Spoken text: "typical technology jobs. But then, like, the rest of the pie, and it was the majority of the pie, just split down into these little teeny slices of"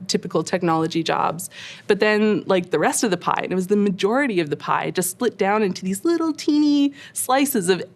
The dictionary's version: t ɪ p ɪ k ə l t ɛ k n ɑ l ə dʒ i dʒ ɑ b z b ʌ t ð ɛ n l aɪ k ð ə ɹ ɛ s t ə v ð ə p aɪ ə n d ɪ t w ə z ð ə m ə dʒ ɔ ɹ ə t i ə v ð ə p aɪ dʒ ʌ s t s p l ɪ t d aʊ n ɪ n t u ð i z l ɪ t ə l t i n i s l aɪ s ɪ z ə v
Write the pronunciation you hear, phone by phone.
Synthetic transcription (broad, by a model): t ɪ p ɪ k l t ɛ k n ɑ l ə dʒ i dʒ ɑ b z b ʌ t ð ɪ n l aɪ k ð ə ɹ ɛ s t ə v ð ə p aɪ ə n ɪ t w ə z ð ə m ə dʒ ɔ ɹ ə t i ə v ð ə p aɪ dʒ ʌ s t s p l ɪ t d aʊ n ɪ n t u ð i z l ɪ t l t i n i s l aɪ s ɪ z ə v